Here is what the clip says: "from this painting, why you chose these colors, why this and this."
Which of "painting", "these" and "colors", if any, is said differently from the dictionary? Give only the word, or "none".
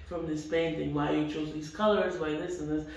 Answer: none